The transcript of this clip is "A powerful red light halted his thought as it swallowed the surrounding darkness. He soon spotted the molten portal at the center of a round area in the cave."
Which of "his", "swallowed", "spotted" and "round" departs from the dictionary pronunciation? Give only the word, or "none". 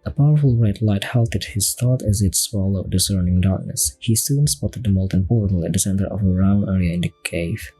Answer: round